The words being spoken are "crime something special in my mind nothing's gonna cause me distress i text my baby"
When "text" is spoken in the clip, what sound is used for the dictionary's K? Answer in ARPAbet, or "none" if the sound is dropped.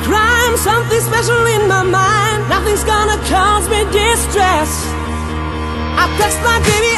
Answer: none